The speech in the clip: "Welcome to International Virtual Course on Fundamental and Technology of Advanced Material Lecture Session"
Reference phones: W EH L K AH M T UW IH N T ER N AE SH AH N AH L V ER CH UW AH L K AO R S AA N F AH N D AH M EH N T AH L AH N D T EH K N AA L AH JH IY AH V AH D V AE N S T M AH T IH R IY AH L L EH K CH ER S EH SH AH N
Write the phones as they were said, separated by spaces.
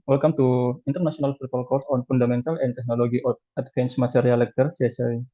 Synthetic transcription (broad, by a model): W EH L K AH M T UW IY N T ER N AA S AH N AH L F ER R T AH L K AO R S AA N F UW N D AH M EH N T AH L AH N T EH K N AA L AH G IY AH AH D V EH N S M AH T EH R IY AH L L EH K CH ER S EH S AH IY